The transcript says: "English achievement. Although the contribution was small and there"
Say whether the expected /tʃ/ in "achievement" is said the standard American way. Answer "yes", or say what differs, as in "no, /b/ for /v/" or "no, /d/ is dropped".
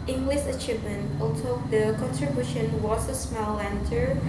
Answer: yes